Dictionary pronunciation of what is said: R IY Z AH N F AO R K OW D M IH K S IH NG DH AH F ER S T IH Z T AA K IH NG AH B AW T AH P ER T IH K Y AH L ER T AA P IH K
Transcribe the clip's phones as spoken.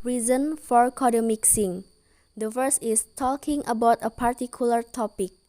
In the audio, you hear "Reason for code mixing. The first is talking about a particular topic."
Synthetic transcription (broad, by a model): R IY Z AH N F AO R K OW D M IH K S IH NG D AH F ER S IH S T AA K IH NG AH B AW T AH P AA T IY K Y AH L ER T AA P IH K